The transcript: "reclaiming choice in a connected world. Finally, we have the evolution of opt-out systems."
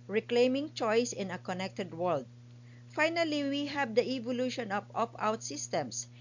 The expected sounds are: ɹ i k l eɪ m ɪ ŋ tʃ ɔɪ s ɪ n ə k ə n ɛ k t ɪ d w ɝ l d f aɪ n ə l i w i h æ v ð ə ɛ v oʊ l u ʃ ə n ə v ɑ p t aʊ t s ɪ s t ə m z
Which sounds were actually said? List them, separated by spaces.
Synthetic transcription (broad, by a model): ɹ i k l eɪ m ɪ ŋ tʃ ɔɪ s ɪ n ə k ə n ɛ k t ɪ d w ɝ l d f aɪ n ə l i w i h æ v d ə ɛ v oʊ l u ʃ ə n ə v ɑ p aʊ t s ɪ s t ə m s